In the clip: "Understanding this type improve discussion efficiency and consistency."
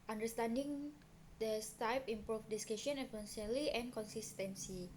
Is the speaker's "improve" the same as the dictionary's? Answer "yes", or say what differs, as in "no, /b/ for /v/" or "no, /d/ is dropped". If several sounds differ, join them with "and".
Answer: no, /f/ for /v/